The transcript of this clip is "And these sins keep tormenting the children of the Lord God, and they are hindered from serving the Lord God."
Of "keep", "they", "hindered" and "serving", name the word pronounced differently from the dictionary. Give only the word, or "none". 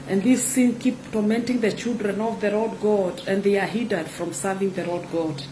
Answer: hindered